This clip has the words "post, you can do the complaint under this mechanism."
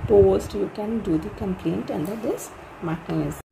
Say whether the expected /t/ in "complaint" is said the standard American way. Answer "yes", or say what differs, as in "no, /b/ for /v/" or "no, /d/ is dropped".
yes